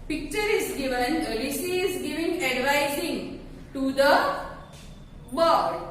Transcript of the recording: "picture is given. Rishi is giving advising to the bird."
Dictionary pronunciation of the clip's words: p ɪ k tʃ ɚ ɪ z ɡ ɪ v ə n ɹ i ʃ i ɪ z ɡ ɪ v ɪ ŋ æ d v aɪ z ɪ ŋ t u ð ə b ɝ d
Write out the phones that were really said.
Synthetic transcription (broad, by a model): p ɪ k tʃ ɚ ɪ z ɡ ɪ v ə n l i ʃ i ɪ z ɡ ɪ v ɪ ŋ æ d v aɪ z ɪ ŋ t u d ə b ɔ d